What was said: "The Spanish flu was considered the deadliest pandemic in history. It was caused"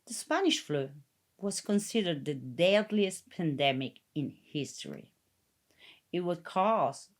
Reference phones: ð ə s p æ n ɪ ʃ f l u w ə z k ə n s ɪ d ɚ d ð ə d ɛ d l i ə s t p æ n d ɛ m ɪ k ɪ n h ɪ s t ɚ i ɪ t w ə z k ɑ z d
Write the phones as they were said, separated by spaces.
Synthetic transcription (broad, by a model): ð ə s p æ n ɪ ʃ f l u w ə z k ə n s ɪ d ɚ d ð ə d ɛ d l i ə s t p æ n d ɛ m ɪ k ɪ n h ɪ s t ɚ i ɪ t w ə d k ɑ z